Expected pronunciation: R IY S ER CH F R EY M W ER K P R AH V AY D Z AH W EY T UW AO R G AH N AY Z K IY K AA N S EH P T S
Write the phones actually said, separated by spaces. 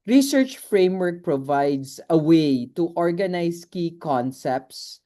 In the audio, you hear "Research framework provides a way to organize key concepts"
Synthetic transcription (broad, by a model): R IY S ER CH F R EY M W ER K P R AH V AY D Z AH W EY T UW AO R G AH N AY S K IY K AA N S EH P T S